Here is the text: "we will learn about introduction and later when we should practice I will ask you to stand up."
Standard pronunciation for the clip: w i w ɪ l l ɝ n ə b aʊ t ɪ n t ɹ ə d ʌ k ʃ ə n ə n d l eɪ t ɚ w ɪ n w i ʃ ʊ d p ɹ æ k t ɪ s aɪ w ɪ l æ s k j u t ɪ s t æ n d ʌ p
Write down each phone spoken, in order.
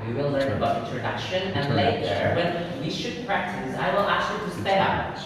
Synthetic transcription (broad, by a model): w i w ɪ l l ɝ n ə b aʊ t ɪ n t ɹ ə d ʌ k ʃ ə n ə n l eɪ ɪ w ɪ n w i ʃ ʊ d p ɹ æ k t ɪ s aɪ w ɪ l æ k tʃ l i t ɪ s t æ d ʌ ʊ